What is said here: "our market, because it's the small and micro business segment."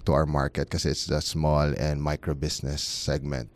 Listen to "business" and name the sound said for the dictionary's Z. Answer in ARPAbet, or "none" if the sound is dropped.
S